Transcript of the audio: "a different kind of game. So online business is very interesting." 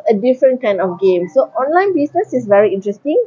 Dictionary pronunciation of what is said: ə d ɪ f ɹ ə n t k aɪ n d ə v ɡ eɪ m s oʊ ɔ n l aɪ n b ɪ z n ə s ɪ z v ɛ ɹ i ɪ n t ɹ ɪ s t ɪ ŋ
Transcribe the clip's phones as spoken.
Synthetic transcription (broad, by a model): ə d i f ɹ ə n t k aɪ n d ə f ɡ eɪ m s oʊ ɔ n l aɪ n b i s n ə s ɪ s v ɛ ɹ i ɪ n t ɹ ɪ s t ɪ ŋ